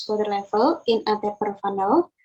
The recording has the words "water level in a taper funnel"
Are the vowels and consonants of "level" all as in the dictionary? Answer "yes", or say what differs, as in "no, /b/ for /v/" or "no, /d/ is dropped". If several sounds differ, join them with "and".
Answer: no, /f/ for /v/